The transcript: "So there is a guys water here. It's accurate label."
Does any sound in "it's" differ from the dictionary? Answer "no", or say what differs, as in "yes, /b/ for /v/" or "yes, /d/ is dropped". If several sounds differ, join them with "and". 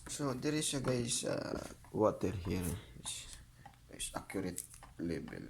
yes, /s/ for /t/